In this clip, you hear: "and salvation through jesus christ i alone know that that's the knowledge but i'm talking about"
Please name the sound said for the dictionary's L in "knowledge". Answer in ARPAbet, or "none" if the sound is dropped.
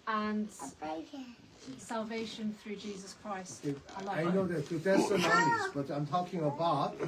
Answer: none